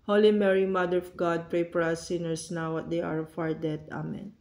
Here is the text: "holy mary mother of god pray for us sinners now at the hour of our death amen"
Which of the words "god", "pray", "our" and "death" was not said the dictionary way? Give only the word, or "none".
death